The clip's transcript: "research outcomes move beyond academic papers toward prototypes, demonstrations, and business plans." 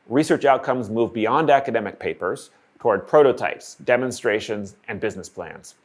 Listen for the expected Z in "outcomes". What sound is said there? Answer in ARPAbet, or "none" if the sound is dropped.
Z